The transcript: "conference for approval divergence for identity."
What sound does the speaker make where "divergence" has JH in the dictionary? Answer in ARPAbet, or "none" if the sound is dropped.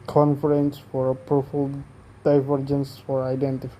JH